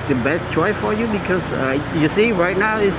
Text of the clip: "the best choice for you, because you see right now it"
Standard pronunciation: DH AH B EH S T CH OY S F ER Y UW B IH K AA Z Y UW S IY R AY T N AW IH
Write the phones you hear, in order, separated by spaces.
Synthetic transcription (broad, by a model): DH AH B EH S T CH OY S F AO Y UW B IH K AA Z Y UW S IY R AY T N AW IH